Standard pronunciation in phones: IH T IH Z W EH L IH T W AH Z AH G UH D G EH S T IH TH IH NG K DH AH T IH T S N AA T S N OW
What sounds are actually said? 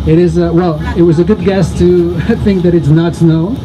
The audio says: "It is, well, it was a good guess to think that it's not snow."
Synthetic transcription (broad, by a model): IH T IH Z W EH L IH T W AH Z AH G UH D G EH S T IH TH IH NG K DH AH T IH T S N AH T S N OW